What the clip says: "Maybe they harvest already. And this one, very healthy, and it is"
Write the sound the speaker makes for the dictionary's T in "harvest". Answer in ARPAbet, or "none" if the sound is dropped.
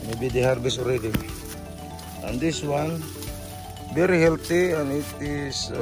none